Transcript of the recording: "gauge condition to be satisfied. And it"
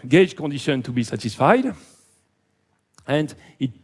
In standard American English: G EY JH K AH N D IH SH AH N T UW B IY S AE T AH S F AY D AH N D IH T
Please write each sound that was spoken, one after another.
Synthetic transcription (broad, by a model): G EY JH K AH N D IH SH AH N T UW B IY S AE T AH S F AY D AH N D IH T